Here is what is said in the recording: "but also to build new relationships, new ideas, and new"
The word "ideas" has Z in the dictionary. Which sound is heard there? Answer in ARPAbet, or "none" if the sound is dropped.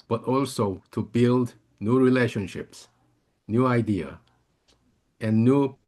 none